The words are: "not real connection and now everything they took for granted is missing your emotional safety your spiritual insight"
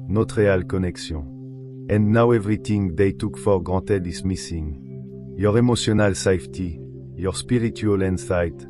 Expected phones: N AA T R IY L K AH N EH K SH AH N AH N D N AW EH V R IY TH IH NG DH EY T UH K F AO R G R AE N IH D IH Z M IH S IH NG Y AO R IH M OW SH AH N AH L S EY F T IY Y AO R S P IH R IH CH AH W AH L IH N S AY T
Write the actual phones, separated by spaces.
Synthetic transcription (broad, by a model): N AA T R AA L K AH N EH K S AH AH N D N AW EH V R IY T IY NG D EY T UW K F AO R G R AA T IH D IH S M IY S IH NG Y AO R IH M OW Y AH N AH L S EY F T IY Y AO R S P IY R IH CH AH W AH L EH N S AY T